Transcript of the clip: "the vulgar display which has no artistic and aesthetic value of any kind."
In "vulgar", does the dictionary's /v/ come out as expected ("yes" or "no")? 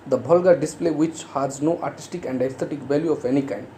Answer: no